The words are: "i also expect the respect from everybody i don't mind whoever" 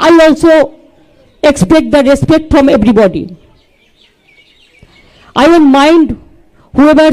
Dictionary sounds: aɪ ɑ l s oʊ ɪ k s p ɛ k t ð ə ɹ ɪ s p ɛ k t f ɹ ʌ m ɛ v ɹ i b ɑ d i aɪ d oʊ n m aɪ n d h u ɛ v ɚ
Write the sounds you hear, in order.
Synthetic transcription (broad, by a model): aɪ ɑ l s oʊ ɪ k s p ɛ k t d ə ɹ ɪ s p ɛ k t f ɹ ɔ m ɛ b ɹ i b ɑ d i aɪ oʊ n m aɪ n d h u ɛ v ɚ